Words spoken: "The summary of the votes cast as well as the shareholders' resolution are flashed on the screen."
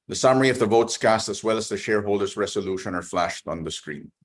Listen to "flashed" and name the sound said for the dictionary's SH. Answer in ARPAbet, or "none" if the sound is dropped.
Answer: SH